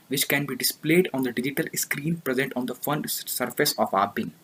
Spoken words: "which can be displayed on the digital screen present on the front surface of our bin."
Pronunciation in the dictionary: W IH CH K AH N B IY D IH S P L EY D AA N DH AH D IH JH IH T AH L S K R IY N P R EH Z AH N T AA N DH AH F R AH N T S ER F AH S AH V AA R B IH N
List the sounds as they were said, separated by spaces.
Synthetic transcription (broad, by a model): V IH CH K AH N B IY D IH S P L EY D AA N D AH D IH JH IH T AH L S K R IY N P R EH Z AH N T AA N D AH F AH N S ER F AH S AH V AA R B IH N